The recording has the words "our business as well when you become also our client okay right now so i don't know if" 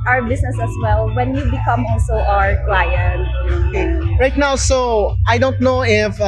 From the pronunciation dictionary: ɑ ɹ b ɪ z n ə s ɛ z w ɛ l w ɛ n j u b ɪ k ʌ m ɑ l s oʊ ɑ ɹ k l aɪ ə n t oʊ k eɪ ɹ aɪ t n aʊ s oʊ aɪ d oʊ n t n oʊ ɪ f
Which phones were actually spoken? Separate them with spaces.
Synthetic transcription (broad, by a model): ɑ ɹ b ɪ s n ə s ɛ s w ɛ l w ɛ n j u b ɪ k ʌ m ɑ l s oʊ ɑ ɹ k l aɪ ə n t oʊ k eɪ ɹ aɪ t n aʊ s oʊ aɪ d oʊ n t n oʊ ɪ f